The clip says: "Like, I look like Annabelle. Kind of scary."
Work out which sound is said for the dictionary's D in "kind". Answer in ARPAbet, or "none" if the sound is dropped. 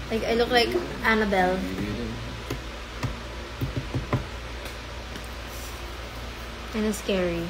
none